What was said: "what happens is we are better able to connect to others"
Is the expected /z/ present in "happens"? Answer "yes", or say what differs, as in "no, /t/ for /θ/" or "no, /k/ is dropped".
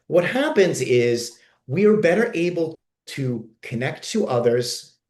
yes